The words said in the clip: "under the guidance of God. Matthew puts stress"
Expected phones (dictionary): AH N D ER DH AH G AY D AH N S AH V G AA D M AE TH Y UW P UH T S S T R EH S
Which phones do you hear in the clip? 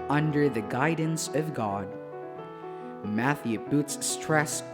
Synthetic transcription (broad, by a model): AH N D ER DH AH G AY D N S AH V G AA D M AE TH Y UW B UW T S S T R EH S